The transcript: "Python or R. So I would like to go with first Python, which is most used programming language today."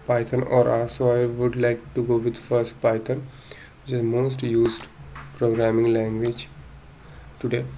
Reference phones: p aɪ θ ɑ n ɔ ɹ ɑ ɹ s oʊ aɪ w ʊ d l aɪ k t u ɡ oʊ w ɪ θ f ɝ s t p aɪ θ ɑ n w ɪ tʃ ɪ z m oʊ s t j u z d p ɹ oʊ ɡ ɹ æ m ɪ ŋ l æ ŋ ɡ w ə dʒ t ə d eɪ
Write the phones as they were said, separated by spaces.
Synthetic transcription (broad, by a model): p aɪ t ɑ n ɔ ɹ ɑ l s oʊ aɪ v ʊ d l aɪ k t u ɡ oʊ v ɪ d f ɝ s t p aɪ t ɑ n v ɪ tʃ ɪ z m oʊ s t j u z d p ɹ oʊ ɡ ɹ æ m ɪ ŋ l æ ŋ ɡ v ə dʒ t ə d eɪ